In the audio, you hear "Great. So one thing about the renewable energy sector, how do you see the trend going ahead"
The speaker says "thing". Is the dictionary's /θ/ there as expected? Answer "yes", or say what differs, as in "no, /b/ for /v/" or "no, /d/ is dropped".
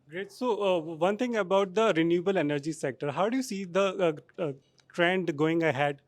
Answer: no, /t/ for /θ/